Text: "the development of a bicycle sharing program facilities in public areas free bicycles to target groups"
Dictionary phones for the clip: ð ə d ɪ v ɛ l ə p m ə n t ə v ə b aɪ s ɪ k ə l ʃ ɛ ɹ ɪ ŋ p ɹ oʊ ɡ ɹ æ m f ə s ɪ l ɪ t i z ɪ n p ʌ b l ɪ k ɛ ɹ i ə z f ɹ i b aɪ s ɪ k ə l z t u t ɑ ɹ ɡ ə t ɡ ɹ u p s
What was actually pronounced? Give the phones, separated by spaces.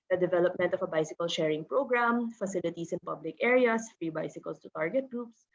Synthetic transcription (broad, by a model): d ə d ɪ v ɛ l ə p m ə n t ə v ə b aɪ s ɪ k ə l ʃ ɛ ɹ ɪ ŋ p ɹ oʊ ɡ ɹ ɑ m f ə s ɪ l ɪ t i s ɪ n p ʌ b l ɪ k ɛ ɹ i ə s f ɹ i b aɪ s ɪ k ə l s t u t ɑ ɹ ɡ ə t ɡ ɹ u p s